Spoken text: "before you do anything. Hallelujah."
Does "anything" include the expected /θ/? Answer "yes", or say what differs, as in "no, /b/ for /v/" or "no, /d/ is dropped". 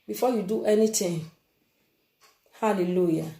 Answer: no, /t/ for /θ/